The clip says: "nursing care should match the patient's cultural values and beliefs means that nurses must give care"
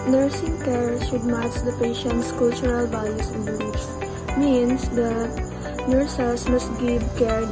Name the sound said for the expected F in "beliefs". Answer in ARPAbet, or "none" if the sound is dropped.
none